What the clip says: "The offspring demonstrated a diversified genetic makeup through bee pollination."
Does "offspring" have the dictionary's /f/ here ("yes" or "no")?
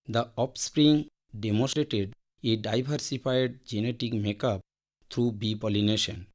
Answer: no